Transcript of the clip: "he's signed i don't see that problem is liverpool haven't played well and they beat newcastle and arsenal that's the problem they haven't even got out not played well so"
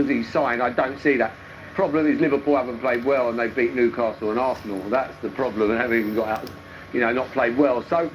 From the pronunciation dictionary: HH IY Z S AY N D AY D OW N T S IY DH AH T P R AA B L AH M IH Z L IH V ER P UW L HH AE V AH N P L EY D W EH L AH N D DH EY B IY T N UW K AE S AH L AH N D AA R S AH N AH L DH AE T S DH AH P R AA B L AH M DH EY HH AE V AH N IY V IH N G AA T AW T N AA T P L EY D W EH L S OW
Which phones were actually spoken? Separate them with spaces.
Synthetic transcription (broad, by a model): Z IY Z S AY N AY D OW N T S IY DH AH T P R AA B L AH M IH Z L IH V ER P UW L HH AE V AH N P L EY D W EH L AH N DH EY B IY T N UW K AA S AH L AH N AA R S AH N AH L DH AE T S DH AH P R AA B L AH M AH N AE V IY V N G AA T AW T N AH T P L EY D W EH L S OW